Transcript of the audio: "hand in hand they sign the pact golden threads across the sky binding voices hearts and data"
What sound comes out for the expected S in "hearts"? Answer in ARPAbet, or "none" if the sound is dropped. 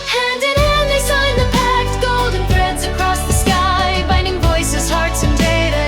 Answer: S